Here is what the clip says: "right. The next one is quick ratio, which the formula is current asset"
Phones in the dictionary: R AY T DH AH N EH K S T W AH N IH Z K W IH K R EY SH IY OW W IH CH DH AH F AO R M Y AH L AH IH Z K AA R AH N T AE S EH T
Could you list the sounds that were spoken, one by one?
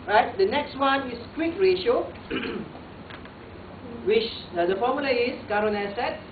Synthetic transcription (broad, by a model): R AY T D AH N EH K S T W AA N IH S K W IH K R EY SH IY OW W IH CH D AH F AO M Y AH L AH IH S K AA R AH N EH S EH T